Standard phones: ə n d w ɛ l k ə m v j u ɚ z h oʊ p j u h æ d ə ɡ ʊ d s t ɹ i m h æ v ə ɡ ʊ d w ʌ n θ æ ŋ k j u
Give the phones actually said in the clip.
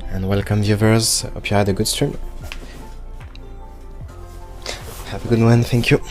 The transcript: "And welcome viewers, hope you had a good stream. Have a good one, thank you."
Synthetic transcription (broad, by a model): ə n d w ɛ l k ə m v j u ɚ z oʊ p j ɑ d ə ɡ ʊ d s t ɹ i m h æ p ə ɡ ʊ d w ʌ n θ æ ŋ k j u